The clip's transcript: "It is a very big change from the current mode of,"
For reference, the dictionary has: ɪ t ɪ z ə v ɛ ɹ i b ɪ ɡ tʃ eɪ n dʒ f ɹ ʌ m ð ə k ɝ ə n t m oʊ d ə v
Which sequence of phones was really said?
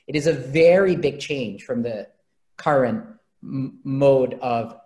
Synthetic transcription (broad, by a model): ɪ t ɪ z ə v ɛ ɹ i b ɪ ɡ tʃ eɪ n ʒ f ɹ ʌ m ð ə k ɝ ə n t m oʊ d ə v